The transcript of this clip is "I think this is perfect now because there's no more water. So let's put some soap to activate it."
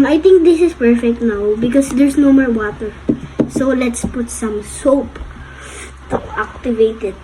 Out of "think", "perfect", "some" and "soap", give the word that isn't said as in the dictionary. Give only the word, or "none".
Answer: think